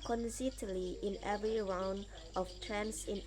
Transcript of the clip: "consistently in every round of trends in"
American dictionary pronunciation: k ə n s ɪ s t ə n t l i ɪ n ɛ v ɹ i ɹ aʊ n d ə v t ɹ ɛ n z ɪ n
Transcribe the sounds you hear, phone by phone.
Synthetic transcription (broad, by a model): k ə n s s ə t l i ɪ n ɛ v ɹ i ɹ aʊ n d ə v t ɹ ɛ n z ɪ n